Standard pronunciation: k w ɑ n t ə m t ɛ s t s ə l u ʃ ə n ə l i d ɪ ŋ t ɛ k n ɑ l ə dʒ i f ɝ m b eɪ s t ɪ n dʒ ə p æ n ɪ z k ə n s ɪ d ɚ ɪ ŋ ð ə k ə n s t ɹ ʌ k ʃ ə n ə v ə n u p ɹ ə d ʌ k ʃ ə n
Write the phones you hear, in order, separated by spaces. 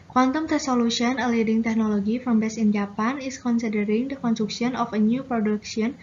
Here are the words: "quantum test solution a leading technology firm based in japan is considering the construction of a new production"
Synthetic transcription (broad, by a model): k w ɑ n t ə m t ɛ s s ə l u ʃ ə n ə l i d ɪ ŋ t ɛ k n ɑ l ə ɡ i f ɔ m b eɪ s ɪ n dʒ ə p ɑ n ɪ s k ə n s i d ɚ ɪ ŋ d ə k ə n s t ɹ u k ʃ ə n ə f ə n u p ɹ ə d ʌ k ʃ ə n